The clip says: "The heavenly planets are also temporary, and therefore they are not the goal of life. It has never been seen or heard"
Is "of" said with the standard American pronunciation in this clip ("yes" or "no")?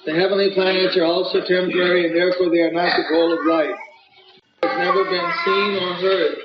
yes